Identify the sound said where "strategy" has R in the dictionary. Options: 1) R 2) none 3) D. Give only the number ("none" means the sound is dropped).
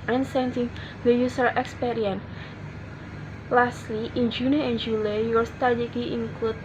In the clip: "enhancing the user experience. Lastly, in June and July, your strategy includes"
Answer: 2